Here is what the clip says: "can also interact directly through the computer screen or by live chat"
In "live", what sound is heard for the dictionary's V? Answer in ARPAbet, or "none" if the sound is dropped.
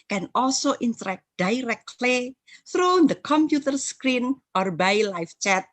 F